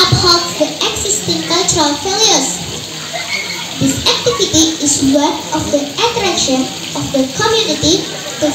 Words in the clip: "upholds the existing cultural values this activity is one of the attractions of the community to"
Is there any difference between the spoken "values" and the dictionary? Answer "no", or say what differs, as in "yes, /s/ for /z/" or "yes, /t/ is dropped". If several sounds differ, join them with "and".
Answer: yes, /f/ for /v/